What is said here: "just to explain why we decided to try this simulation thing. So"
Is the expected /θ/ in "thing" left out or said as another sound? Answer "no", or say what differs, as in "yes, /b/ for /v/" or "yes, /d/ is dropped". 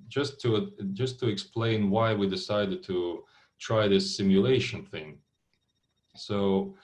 no